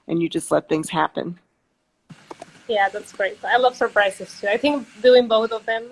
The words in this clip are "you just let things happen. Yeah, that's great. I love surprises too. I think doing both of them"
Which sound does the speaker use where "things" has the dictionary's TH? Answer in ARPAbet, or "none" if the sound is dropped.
TH